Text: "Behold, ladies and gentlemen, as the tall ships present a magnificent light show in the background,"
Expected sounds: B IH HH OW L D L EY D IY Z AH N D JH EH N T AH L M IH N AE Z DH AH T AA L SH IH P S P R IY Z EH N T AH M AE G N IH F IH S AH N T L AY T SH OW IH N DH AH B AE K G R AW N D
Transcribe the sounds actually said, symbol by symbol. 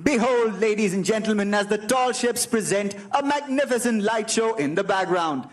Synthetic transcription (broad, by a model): B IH HH OW L D L EY D IY Z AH N JH EH N T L M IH N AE Z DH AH T AA L SH IH P S P R IY Z EH N T AH M AE G N IH F IH S AH N T L AY T SH OW IH N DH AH B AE K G R AW N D